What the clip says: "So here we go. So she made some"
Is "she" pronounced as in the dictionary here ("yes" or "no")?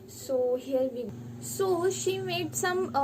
yes